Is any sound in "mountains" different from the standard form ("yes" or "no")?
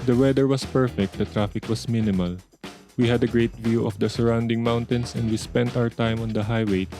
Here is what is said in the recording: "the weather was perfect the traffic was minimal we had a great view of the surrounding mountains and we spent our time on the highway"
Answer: yes